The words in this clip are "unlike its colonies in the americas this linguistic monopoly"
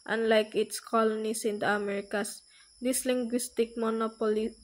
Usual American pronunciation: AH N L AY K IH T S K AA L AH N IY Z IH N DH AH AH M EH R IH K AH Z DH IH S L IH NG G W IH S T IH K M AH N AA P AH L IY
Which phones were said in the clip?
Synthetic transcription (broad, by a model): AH N L AY K IH T S K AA L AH N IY S IH N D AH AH M EH R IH K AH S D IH S L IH NG G W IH S T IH K M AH N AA P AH L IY